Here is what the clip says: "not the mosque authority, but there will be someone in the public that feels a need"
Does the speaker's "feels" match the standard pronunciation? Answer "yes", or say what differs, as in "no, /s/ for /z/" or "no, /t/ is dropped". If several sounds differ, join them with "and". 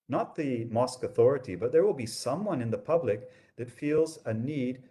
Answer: yes